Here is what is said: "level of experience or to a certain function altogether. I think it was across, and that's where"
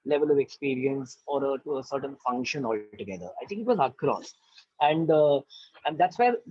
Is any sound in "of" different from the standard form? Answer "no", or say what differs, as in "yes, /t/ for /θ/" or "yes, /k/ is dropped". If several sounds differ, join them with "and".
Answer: no